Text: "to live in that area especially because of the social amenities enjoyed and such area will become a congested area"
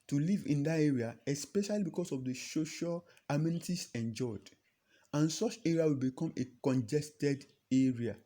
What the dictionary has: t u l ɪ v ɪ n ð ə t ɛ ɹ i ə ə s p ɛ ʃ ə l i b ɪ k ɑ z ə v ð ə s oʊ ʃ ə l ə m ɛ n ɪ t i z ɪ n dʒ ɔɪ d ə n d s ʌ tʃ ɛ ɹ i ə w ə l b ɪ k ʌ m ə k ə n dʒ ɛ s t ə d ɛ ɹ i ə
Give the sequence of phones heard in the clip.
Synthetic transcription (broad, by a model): t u l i v ɪ n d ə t ɛ ɹ i ə ə s p ɛ ʃ ə l i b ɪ k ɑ s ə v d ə s oʊ ʃ ə l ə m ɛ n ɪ t i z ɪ n dʒ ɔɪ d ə n s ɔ tʃ ɛ ɹ i ə w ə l b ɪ k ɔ m ə k ə n dʒ ɛ s t ə d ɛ ɹ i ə